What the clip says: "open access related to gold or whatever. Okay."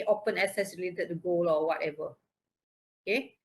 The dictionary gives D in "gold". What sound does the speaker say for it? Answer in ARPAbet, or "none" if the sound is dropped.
none